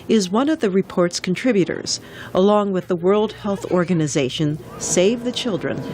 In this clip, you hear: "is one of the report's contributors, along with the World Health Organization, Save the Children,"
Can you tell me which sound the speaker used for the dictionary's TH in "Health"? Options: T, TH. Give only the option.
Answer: TH